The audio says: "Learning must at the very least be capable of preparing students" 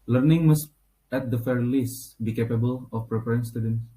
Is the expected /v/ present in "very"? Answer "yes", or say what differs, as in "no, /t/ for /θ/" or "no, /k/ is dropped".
no, /f/ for /v/